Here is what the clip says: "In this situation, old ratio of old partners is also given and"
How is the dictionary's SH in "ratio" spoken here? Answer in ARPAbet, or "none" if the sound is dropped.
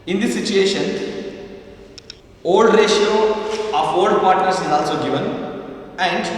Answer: SH